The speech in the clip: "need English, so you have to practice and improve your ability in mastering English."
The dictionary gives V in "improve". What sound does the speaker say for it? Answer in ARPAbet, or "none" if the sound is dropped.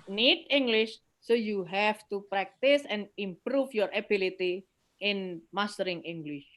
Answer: F